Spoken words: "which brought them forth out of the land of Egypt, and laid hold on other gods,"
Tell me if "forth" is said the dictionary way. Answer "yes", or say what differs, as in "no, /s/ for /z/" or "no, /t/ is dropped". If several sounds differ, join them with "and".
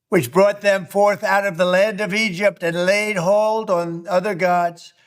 yes